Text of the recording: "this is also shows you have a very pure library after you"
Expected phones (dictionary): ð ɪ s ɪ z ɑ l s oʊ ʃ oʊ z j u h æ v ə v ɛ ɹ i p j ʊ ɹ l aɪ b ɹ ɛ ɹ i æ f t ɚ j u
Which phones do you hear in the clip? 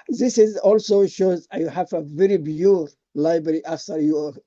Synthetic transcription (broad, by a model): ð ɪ s ɪ z ɑ l s oʊ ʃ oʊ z j u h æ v ə v ɛ ɹ i b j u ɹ l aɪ b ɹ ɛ ɹ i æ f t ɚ j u